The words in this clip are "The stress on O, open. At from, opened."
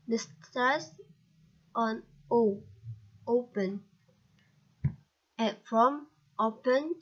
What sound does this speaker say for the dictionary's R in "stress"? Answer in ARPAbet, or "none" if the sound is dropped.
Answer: none